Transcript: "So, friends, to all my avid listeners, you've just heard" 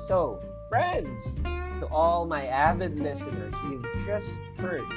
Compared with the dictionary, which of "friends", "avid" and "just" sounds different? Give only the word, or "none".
avid